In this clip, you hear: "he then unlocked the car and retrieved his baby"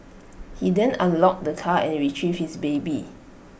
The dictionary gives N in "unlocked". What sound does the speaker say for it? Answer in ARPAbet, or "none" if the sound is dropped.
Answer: none